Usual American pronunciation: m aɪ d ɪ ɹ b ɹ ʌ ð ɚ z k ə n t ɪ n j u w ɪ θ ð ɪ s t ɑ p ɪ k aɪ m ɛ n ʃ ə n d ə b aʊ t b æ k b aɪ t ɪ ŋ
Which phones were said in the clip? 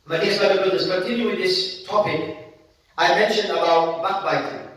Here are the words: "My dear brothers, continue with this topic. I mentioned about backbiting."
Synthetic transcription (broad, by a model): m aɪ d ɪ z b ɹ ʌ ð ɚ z k ə n t ɪ n j u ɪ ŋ ð ɪ s t ɑ p ɪ k aɪ m ɛ n ʃ ə n d ə b aʊ t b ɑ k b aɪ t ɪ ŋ